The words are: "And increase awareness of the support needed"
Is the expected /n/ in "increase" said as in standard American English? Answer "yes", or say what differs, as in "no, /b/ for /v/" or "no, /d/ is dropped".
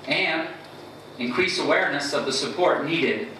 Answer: yes